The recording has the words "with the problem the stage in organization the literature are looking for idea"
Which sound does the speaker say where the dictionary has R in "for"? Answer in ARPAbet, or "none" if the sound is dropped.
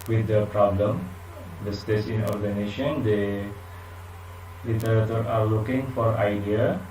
R